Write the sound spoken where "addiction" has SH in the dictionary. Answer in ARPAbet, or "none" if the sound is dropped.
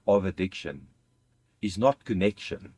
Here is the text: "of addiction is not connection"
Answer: SH